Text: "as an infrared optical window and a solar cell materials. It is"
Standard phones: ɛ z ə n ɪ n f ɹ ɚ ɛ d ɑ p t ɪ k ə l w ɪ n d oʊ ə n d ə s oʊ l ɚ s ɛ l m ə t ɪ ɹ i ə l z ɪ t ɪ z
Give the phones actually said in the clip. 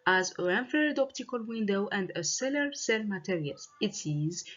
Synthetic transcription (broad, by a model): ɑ z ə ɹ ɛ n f ɚ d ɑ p t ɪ k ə l w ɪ n d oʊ ə n d ə s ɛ l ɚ s ɛ l m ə t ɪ ɹ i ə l ɪ t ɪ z